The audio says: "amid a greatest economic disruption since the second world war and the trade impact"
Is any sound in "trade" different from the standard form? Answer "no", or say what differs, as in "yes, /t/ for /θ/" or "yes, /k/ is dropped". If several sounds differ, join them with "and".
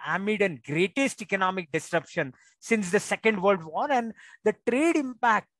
no